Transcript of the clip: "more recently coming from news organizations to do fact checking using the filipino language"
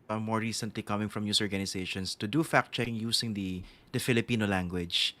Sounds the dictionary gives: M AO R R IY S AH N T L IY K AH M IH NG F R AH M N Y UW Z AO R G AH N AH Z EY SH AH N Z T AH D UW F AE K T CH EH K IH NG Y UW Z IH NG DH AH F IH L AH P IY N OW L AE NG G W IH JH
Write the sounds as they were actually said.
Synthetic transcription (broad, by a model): M AO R R IY S AH N T L IY K AH M IH NG F R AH M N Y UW S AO R G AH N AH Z EY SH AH N S T AH D UW F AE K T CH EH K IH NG Y UW S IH NG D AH F IH L AH P IY N OW L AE NG G W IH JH